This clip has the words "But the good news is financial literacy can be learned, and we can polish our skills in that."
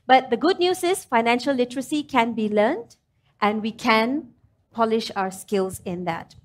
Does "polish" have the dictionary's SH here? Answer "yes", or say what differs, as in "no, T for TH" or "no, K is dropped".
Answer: yes